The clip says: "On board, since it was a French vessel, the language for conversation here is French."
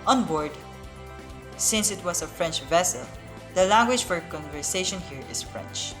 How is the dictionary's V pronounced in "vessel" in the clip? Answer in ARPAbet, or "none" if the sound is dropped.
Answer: V